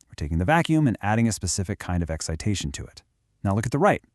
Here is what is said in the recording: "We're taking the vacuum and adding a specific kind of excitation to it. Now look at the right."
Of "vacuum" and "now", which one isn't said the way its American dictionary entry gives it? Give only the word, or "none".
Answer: none